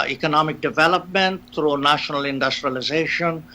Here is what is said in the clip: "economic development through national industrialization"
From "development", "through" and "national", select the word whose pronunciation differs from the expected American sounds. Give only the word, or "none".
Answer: through